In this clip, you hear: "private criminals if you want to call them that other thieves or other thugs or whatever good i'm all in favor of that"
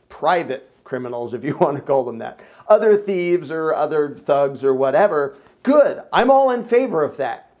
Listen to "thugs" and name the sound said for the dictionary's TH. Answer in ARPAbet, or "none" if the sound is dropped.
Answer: TH